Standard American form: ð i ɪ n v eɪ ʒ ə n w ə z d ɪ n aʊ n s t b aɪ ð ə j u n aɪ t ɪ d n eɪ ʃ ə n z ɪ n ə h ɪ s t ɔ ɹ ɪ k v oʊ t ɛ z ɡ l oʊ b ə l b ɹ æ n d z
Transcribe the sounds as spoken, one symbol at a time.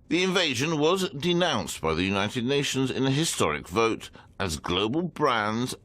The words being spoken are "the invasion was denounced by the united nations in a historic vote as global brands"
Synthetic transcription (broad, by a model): ð i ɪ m v eɪ ʒ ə n w ə z d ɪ n aʊ n s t b aɪ ð ə j u n aɪ t ɪ d n eɪ ʃ ə n z ɪ n ə h ɪ s t ɔ ɹ ɪ k v oʊ t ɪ z ɡ l oʊ b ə l b ɹ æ n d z